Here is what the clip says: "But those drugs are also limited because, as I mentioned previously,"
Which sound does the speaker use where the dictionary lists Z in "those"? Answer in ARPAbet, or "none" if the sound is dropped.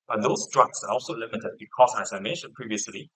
S